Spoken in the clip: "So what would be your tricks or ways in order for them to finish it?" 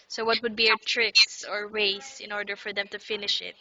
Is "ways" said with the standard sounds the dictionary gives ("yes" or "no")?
no